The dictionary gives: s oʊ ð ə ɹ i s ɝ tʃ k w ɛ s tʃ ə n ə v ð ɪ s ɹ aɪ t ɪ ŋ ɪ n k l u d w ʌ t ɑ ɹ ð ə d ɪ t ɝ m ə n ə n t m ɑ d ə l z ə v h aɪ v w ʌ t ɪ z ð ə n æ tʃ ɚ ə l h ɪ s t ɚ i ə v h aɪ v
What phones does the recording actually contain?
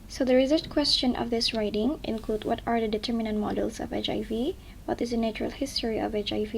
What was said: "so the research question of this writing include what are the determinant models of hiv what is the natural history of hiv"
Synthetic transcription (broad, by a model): s oʊ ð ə ɹ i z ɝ s k w ɛ s tʃ ə n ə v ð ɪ s ɹ aɪ t ɪ ŋ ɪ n k l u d w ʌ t ɑ ɹ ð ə d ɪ t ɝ m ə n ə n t m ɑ d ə l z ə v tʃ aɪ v w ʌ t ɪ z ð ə n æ tʃ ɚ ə l h ɪ s t ɚ i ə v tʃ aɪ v